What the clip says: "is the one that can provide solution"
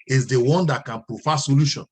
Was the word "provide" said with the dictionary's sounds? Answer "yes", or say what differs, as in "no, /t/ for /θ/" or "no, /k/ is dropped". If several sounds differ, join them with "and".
no, /f/ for /v/